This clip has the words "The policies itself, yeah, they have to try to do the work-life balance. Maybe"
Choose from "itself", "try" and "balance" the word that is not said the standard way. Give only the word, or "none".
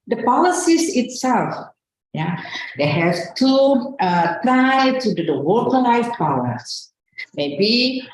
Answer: balance